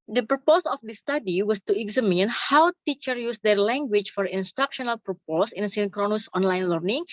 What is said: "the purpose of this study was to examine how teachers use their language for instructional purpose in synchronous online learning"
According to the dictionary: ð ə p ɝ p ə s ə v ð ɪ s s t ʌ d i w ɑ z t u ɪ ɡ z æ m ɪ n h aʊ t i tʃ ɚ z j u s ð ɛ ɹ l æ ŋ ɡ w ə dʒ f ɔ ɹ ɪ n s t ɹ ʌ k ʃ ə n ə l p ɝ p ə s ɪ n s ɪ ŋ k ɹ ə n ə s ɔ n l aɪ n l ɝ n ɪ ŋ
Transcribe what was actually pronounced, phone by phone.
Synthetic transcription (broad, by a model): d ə p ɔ p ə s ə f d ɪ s s t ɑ d i w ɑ s t u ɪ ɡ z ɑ m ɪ n h aʊ t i tʃ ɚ j u s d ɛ ɹ l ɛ ŋ ɡ w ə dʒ f ɔ ɹ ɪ n s t ɹ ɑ k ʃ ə n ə l p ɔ p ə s ɪ n s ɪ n k ɹ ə n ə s ɔ n l aɪ n l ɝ n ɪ ŋ